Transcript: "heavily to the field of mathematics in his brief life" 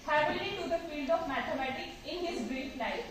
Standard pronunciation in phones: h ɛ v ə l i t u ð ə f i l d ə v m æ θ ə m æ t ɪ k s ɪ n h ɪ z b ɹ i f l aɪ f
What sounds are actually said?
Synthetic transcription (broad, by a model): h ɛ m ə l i t u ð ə f i l d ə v m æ t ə m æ t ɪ k s ɪ n h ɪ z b ɹ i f l aɪ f